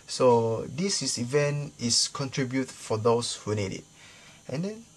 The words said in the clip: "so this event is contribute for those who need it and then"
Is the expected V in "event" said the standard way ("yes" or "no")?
yes